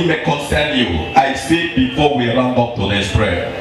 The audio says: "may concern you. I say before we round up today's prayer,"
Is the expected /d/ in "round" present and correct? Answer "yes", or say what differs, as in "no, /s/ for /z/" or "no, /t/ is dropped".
no, /d/ is dropped